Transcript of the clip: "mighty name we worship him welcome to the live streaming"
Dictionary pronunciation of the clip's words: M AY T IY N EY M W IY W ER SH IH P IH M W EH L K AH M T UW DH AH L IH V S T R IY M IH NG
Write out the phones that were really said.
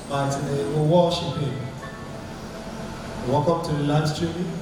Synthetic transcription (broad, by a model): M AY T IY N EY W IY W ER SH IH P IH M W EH K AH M T UW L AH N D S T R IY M